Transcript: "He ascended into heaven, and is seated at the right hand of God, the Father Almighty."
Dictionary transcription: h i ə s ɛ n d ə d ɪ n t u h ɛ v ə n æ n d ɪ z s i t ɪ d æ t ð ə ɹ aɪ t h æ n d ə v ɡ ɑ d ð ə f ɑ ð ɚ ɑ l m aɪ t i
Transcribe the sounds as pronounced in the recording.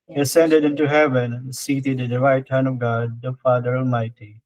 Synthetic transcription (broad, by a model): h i ə s ɛ n d ə d ɪ n t u h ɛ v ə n n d s i t ɪ d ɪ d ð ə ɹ aɪ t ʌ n ə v ɡ ɑ d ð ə f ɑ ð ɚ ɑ l m aɪ t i